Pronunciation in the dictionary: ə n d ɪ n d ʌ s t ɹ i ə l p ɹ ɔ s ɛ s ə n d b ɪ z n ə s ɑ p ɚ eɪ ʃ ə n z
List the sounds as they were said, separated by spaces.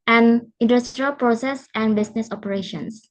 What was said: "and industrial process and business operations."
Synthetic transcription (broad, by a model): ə n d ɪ n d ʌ s t ɹ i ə l p ɹ ɔ s ɛ s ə n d b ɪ s n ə s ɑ p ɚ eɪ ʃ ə n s